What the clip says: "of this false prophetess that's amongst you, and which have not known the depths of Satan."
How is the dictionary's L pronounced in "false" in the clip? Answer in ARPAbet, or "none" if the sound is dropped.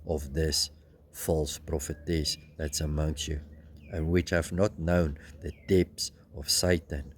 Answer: L